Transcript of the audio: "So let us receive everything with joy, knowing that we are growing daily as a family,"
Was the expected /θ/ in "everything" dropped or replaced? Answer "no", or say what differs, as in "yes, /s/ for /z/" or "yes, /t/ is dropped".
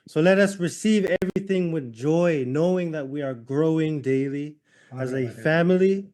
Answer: no